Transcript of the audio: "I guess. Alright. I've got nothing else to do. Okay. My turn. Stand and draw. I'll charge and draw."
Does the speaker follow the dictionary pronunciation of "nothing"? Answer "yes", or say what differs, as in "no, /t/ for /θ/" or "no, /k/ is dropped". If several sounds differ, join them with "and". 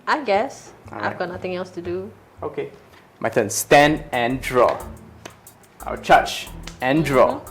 no, /t/ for /θ/